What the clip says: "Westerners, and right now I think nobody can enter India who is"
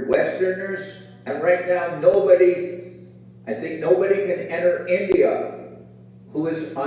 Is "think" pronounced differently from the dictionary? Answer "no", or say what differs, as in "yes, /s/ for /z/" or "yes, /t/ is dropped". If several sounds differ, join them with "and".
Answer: no